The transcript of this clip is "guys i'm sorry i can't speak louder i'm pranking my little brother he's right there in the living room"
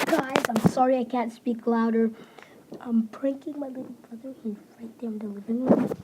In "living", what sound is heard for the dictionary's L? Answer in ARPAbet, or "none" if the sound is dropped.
W